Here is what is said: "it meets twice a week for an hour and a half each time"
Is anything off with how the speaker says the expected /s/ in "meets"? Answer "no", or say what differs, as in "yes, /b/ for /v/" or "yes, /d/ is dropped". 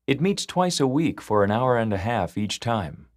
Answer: no